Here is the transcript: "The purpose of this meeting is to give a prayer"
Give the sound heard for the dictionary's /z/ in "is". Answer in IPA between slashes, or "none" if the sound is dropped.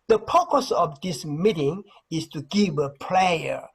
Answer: /s/